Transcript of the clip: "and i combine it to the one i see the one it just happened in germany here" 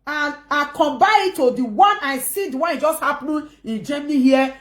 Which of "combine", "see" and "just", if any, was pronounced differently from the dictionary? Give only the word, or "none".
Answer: combine